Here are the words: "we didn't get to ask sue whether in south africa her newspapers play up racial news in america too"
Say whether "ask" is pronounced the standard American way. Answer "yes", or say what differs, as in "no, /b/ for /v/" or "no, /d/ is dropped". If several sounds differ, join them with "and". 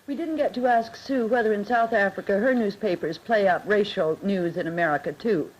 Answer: yes